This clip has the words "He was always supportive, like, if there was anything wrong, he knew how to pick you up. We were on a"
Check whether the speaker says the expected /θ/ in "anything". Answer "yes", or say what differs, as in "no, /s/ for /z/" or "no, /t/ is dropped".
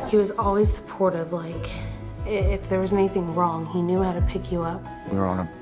yes